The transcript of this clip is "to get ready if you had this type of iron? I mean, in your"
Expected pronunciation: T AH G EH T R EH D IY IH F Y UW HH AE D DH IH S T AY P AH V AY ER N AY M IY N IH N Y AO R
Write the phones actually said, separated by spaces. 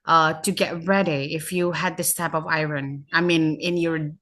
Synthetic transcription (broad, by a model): T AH G EH T R EH D IY IH F Y UW HH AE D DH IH S T AY P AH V AY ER N AY M IY N IH N Y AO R